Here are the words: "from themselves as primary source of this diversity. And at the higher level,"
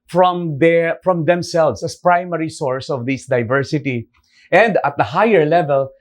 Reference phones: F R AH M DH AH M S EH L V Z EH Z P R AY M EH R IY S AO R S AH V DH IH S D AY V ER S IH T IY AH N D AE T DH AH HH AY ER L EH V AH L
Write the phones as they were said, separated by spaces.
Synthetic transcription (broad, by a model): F R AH M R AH M S EH L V S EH S P R AY M EH R IY S AO R S AH V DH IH S D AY V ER S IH T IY AH N D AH T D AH HH AY ER L EH V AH L